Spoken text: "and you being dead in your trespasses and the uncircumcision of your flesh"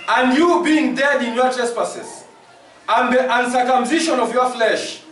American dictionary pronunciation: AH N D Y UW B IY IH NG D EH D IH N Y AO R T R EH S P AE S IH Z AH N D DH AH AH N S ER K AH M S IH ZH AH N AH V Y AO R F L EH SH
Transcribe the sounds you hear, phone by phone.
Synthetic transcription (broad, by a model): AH N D Y UW B IY IH NG D EH D IH N Y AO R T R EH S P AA S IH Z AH N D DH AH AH N S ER K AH M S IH SH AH N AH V Y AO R F L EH SH